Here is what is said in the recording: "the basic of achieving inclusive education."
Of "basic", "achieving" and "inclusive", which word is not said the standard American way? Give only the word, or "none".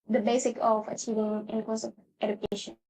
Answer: inclusive